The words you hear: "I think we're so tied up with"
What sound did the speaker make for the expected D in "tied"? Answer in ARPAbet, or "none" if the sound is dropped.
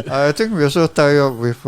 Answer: none